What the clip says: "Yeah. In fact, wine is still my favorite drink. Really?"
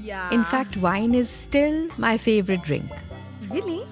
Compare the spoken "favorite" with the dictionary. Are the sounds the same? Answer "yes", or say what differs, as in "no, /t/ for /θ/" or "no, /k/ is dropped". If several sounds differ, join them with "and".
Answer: yes